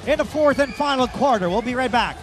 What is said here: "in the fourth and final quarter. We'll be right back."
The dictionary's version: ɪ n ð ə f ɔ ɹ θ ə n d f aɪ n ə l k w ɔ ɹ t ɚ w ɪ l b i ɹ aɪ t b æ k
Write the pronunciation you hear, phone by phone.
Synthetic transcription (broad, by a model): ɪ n ð ə f ɔ ɹ θ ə n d f aɪ n l k w ɔ ɹ t ɚ w ɪ l b i ɹ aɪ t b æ k